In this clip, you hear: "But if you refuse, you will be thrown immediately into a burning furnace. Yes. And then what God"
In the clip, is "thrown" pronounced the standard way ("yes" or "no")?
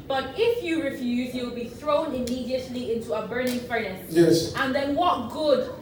yes